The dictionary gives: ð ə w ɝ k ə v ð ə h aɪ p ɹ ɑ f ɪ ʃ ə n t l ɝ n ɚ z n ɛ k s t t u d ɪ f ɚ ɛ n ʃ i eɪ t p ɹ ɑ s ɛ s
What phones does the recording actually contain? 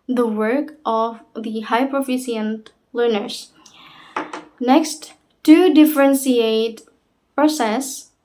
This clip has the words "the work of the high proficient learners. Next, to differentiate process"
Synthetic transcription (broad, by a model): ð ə w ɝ k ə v ð ə h aɪ p ɹ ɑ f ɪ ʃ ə n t l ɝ n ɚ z n ɛ k s t t u d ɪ f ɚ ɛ n s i eɪ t p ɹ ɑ s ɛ s